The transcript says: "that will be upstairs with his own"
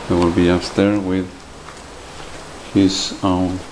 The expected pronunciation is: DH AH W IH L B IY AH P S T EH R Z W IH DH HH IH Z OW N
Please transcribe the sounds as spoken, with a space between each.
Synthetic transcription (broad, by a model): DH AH W IH L B IY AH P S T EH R W IH DH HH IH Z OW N